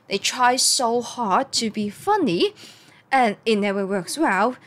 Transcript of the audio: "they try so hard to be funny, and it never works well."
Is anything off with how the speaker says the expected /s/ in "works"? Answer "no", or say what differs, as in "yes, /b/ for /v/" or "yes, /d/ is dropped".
no